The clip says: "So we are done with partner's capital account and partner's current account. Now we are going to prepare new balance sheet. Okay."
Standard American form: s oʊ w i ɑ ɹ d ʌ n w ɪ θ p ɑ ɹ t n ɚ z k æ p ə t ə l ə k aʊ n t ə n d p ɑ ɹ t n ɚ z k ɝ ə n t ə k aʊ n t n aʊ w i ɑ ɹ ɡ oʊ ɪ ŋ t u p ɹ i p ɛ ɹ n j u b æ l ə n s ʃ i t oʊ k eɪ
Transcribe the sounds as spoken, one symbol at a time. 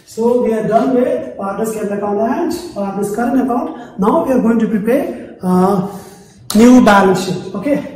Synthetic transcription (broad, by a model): s oʊ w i ɑ ɹ d ʌ n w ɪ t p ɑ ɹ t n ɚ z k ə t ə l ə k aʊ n ə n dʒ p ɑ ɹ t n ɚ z k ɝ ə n ə k aʊ n t n aʊ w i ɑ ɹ ɡ oʊ ɪ ŋ t u p ɹ i p ɛ ɹ n j u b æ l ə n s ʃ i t oʊ k eɪ